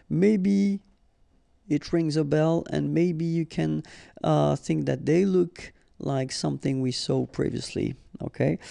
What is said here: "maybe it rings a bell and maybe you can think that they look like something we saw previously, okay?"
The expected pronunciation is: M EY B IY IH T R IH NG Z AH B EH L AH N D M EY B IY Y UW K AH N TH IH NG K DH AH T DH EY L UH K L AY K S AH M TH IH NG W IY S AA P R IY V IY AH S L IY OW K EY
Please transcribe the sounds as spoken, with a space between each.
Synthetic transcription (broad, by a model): M EY B IY IH T R IH NG Z AH B EH L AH N M EY B IY Y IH K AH N TH IH NG K DH AH T DH EY L UH K L AY K S AH M TH IH NG W IY S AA P R IY V IY AH S L IY OW K EY